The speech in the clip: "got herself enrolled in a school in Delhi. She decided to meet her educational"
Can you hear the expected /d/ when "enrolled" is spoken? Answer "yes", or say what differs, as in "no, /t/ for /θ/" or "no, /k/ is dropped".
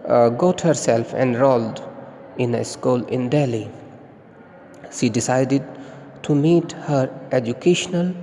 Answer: yes